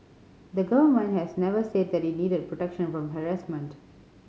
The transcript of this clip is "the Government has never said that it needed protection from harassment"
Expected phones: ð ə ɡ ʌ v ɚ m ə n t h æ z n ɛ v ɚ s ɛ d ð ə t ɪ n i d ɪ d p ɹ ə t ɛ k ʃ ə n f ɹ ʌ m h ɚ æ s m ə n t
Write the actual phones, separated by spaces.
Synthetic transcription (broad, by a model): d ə ɡ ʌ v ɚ m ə n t h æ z n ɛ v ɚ s ɛ d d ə t ɪ n i d ɪ d p ɹ ə t ɛ k ʃ ə n f ɹ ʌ m h ɚ æ s m ə n t